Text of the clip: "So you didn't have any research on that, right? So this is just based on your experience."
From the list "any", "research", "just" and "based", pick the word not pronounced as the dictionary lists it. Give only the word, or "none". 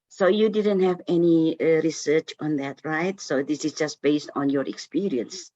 none